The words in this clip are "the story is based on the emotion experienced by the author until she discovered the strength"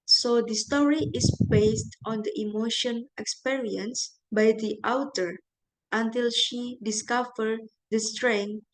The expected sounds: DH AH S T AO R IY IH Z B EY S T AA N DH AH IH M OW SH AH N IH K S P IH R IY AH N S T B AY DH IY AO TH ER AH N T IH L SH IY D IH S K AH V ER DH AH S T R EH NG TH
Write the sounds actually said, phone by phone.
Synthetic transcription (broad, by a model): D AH S T AO R IY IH S B EY S T AA N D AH IH M OW SH AH N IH K S P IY R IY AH N S B AY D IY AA T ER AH N T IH L SH IY D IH S K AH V ER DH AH S T R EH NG